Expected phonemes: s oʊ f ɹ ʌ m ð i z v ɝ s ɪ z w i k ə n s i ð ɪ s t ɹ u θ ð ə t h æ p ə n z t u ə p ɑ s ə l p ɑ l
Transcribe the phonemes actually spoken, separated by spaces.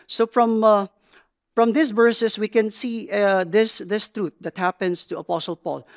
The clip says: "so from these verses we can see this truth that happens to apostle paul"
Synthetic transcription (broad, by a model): s oʊ f ɹ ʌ m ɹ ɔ s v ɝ s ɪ s w i k ə n s i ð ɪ s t ɹ u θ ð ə t h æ p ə n s t u ə p ɑ s ə l p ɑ l